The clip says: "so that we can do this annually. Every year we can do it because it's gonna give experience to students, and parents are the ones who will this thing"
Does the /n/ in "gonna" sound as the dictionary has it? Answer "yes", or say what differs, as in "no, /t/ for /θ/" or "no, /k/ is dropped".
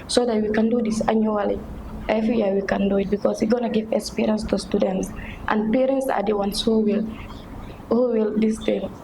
yes